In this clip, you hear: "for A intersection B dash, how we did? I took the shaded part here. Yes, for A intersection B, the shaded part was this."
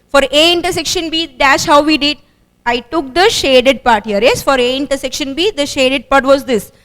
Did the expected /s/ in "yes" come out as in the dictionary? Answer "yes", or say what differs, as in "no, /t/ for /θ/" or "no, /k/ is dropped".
yes